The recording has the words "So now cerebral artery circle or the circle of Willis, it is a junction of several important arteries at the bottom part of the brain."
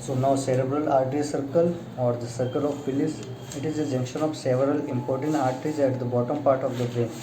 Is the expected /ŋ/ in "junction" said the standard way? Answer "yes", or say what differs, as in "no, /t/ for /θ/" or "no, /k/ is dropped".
yes